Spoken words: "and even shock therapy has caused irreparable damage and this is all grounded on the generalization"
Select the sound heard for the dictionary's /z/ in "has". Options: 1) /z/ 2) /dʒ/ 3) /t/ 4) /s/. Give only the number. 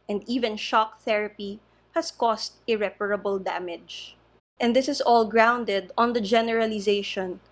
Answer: 4